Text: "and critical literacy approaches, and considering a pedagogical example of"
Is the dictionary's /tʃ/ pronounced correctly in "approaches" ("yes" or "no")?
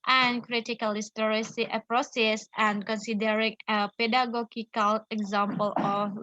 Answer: no